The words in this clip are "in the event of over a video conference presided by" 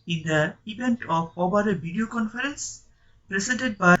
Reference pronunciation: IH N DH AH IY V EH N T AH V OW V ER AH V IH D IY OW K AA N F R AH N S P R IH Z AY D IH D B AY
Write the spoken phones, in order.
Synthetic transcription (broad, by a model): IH N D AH IY V EH N T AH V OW B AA AH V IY D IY OW K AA N F R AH N S P R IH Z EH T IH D B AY